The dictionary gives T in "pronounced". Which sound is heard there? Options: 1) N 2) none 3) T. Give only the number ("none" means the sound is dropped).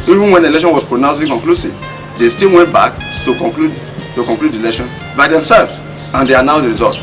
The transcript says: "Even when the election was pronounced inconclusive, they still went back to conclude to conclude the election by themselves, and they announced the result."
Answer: 2